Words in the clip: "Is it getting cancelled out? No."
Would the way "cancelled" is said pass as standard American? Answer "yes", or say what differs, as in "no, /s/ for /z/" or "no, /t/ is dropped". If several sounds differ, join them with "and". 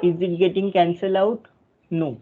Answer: no, /d/ is dropped